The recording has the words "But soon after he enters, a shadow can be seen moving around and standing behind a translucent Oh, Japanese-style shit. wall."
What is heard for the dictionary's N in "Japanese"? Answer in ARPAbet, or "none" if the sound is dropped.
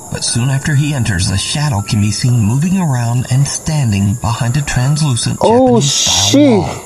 none